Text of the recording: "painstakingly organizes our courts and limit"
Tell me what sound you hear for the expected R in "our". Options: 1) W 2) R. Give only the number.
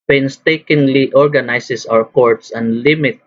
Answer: 1